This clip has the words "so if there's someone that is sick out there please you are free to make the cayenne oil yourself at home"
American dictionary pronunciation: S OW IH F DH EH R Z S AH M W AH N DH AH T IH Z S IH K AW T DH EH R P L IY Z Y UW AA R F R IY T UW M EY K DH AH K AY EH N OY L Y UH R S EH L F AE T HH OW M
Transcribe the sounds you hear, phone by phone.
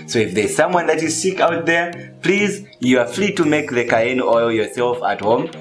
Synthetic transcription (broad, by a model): S OW IH F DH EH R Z S AH M W AH N DH AH T IH Z S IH K AW T DH EH R P L IY Z Y UW AA R F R IY T UW M EY K DH AH K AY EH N OY L Y UH R S EH L F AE T HH OW M